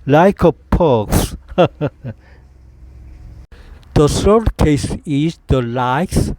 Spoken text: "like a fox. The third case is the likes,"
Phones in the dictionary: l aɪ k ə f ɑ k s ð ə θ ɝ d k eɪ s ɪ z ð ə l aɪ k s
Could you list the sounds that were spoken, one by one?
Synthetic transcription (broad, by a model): l aɪ k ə p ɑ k s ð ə s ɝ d k eɪ s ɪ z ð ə l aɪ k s